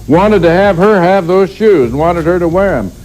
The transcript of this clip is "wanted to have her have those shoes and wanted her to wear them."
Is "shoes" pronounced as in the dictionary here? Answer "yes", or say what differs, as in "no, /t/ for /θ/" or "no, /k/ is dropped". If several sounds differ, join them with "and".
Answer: yes